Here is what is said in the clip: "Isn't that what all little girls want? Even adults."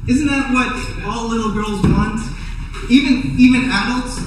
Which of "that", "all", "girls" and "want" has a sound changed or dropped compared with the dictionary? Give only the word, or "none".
none